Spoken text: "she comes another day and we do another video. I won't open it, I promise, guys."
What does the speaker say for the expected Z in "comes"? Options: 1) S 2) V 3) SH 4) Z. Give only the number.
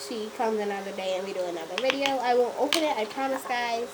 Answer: 4